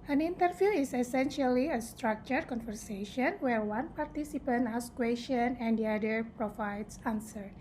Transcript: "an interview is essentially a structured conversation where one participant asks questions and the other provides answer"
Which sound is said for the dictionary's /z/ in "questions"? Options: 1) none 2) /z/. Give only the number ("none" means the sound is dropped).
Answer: 1